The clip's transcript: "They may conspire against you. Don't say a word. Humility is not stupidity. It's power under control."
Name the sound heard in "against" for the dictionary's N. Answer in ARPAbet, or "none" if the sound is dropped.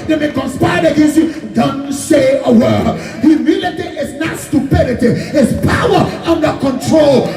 none